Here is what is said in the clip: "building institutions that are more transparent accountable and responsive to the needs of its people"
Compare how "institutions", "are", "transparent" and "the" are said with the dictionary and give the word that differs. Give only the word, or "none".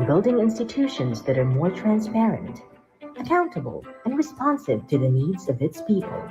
none